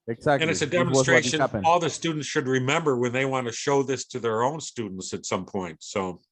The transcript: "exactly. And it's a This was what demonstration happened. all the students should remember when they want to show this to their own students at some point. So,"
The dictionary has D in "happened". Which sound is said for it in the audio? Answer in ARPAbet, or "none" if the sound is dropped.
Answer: none